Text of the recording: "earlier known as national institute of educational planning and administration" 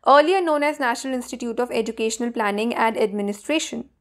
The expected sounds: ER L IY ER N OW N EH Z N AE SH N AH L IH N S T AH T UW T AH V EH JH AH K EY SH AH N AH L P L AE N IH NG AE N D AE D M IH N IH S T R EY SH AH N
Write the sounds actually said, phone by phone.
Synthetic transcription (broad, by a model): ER L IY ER N OW N EH Z N AE SH N AH L IH N S T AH T UW T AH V EH JH AH K EY SH AH N AH L P L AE N IH NG AE N D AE D M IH N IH S T R EY SH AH N